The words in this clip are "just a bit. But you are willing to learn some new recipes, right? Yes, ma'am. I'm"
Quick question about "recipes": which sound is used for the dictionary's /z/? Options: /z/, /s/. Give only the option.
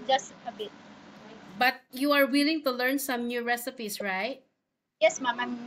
/s/